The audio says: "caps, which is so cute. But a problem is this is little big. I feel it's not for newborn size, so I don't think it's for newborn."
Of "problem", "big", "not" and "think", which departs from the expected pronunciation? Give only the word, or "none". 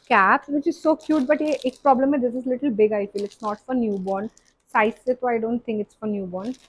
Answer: think